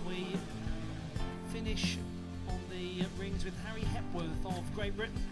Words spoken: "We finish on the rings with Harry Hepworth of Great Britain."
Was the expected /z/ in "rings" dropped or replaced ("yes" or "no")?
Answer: no